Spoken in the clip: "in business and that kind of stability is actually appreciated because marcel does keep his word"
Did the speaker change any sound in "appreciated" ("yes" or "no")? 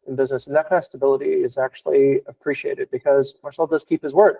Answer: no